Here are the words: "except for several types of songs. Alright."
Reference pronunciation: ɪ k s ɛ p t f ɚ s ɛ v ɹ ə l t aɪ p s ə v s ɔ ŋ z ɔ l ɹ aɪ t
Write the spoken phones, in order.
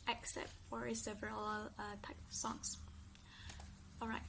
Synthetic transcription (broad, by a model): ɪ k s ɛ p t f ɚ s ɛ v ɹ ə l t aɪ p ə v s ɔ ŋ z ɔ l ɹ aɪ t